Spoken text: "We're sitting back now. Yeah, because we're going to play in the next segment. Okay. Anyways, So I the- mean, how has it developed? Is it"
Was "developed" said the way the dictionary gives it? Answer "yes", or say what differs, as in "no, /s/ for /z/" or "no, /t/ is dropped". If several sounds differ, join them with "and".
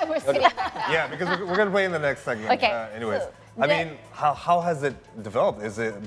yes